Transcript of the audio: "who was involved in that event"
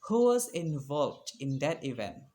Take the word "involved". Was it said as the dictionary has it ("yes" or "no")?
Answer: yes